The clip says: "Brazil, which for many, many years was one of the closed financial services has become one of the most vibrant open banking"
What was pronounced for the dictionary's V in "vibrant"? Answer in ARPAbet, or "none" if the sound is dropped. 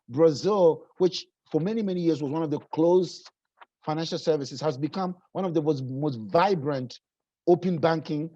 V